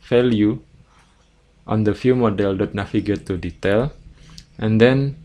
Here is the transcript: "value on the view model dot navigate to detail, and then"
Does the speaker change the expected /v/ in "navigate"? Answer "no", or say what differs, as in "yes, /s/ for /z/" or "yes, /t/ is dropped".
yes, /f/ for /v/